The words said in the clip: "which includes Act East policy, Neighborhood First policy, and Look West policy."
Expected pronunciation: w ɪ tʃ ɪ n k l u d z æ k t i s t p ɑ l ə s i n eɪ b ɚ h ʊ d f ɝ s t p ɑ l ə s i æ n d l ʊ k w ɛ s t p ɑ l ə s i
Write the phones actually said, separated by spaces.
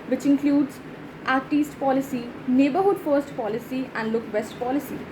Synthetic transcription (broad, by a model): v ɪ tʃ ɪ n k l u d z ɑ t i s t p ɑ l ə s i n eɪ b ɚ h ʊ d f ɝ s t p ɑ l ə s i æ n d l ʊ k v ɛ s t p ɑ l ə s i